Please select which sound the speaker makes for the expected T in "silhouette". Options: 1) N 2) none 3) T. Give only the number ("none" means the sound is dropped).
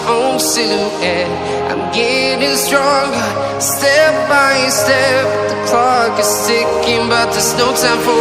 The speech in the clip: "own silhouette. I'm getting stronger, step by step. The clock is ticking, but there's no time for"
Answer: 2